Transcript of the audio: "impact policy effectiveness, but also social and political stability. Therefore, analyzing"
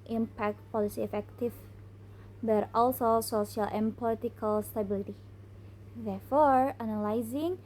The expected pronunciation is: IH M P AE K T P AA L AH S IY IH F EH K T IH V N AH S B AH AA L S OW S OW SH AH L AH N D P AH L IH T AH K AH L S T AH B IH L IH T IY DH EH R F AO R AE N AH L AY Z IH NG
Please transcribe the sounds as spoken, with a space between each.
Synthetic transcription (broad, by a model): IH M P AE K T P AA L AH S IY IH F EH K T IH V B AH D AA L S OW S OW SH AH L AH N P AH L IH T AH K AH L S T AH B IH L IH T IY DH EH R F AO R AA N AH L AY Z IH NG